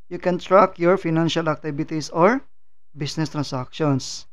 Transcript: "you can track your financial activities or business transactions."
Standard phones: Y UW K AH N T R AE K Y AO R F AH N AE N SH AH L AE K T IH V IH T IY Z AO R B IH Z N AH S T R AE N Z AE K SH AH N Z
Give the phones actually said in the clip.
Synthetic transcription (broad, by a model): Y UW K AH N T R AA K Y AO R F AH N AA N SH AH L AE K T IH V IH T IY S AO R B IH S N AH S T R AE N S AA K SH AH N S